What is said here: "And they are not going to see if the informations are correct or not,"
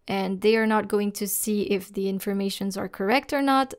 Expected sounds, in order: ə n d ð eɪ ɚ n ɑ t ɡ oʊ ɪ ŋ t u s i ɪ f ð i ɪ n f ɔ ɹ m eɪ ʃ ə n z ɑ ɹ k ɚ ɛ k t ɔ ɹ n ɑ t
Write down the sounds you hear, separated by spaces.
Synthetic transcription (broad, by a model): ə n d ð eɪ ɚ n ɑ t ɡ oʊ ɪ ŋ t u s i ɪ f ð i ɪ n f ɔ ɹ m eɪ ʃ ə n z ɑ ɹ k ɚ ɛ k t ɔ ɹ n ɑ t